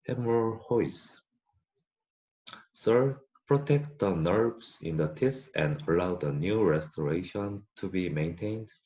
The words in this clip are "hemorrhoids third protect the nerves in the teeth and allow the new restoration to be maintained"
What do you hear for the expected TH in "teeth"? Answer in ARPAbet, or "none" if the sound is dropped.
S